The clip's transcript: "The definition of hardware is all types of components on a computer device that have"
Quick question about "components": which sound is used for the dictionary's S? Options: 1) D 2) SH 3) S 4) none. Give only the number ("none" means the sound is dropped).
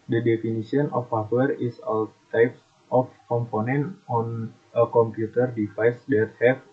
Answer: 4